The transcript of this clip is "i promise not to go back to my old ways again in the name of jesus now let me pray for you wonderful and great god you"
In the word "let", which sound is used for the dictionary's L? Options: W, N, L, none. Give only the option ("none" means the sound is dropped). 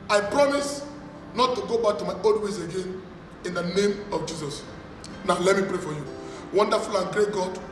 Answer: L